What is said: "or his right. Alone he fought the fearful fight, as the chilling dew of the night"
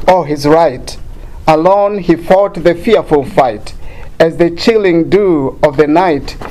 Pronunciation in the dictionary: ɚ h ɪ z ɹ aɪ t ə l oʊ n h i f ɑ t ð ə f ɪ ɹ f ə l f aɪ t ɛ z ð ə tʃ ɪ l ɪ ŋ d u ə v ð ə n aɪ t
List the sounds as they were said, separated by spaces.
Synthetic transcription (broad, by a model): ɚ h ɪ z ɹ aɪ t ə l oʊ n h i f ɑ t ð ə f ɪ ɹ f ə l f aɪ t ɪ z ð ə tʃ ɪ l ɪ ŋ d u ə v ð ə n aɪ t